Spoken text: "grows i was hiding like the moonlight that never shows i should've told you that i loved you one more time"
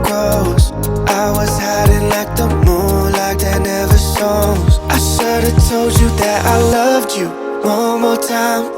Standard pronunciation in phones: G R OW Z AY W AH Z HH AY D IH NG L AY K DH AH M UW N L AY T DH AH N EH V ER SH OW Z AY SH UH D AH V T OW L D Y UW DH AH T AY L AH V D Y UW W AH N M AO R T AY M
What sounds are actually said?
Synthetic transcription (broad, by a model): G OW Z AY W AH Z HH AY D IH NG L AY K DH AH M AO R L AY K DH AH N EH V ER S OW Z AY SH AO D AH T OW L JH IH DH AH T AY L AH V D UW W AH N M AO R T AY M